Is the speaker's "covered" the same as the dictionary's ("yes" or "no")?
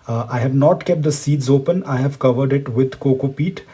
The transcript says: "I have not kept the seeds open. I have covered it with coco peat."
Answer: yes